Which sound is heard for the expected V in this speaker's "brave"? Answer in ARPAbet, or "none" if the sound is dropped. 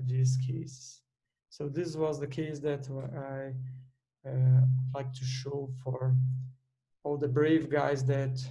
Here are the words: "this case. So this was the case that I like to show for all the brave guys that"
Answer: V